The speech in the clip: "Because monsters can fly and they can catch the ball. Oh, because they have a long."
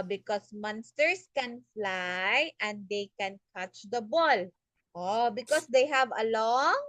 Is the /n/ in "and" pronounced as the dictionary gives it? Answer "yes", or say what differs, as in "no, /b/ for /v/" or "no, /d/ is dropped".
yes